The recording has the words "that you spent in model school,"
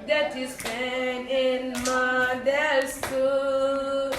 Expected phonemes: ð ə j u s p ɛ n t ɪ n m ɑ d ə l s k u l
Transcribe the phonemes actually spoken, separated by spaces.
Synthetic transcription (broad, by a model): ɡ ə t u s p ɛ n ɪ n m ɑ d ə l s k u